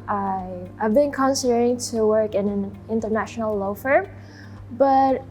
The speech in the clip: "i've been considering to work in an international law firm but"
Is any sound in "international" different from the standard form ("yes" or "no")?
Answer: no